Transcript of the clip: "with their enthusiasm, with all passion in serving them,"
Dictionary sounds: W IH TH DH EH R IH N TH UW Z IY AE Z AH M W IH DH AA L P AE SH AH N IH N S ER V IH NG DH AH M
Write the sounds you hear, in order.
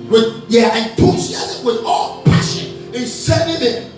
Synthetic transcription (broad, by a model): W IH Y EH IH N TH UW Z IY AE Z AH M W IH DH AA L P AE SH AH N IH N S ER IH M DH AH